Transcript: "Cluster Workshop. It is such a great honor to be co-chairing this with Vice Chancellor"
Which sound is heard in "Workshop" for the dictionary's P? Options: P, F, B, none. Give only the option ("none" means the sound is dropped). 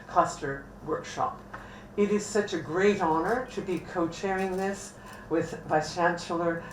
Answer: P